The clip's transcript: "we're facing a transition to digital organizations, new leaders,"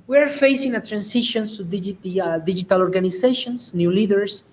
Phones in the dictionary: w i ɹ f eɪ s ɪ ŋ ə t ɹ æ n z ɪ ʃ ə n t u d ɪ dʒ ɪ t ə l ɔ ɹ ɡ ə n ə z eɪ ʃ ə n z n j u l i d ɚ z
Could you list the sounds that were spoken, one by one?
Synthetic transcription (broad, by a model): w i ɹ f eɪ s ɪ ŋ ə t ɹ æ n s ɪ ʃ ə n s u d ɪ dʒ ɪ t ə l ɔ ɹ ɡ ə n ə s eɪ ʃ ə n s n j u l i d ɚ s